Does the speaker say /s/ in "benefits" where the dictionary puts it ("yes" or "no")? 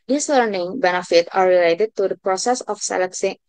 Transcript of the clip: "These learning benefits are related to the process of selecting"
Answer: no